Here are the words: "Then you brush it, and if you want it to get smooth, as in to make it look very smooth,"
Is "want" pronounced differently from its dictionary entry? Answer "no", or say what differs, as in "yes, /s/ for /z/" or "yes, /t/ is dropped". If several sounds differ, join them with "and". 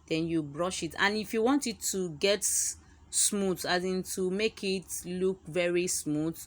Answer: no